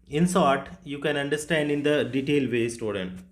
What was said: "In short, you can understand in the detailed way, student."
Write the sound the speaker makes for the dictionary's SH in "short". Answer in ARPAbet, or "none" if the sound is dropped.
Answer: S